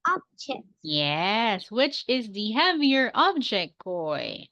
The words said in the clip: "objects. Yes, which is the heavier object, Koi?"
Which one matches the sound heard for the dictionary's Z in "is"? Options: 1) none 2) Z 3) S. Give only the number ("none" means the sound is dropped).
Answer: 2